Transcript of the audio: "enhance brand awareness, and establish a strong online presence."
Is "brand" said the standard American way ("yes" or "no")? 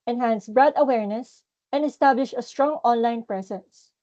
no